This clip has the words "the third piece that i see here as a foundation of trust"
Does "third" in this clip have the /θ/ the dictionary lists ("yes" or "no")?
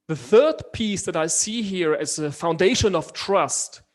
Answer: yes